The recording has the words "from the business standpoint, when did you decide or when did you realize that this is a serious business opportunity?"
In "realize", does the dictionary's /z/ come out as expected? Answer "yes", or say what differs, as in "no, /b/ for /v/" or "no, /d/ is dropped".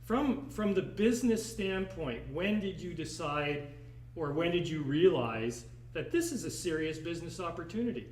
yes